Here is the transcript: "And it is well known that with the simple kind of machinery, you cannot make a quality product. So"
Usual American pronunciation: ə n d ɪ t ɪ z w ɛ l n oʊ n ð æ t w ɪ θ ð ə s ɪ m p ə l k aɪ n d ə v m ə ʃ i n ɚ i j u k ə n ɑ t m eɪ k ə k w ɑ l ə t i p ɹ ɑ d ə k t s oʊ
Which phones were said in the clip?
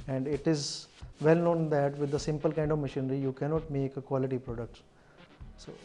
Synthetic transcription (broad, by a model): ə n d ɪ t ɪ z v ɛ l n oʊ n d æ t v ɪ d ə s ɪ m p ə l k aɪ n d ə v m ə ʃ i n ɚ i j u k ə n ɑ t m eɪ k ə k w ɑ l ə t i p ɹ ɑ d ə k t s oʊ